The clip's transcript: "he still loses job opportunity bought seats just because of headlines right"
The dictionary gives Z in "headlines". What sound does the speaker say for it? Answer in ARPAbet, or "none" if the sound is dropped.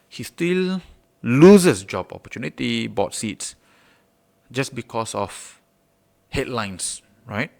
S